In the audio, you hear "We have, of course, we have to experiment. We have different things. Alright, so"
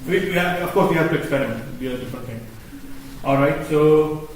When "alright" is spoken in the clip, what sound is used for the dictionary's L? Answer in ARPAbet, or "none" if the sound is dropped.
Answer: L